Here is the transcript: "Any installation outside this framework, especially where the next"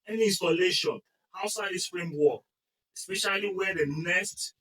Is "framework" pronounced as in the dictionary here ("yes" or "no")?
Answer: no